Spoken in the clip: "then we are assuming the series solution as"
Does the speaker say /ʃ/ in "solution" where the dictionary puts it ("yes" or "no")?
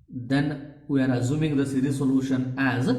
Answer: yes